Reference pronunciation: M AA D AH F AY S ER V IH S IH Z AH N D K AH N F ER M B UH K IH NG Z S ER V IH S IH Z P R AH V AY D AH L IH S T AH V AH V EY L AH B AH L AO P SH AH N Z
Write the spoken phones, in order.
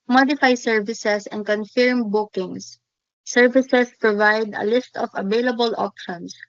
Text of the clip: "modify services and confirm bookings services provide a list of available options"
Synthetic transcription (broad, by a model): M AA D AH F AY S ER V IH S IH S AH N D K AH N F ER M B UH K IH NG S ER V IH S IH S P R AH V AY D AH L IH S T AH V AH V EY L AH B AH L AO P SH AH N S